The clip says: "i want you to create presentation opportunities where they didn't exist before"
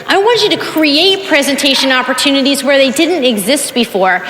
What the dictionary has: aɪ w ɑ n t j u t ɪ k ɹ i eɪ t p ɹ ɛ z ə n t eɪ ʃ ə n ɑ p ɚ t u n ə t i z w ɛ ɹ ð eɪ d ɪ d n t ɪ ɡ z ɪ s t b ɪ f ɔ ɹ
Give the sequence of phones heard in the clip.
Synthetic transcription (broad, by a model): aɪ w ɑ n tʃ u t ɪ k ɹ i eɪ t p ɹ ɛ z ə n t eɪ ʃ ə n ɑ p ɚ t u n ə t i z w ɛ ɹ ð eɪ d ɪ d n t ɪ ɡ z ɪ s t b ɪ f ɔ ɹ